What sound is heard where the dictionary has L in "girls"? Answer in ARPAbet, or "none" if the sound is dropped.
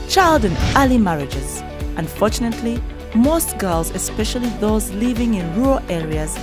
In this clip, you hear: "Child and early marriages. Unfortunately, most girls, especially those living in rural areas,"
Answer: L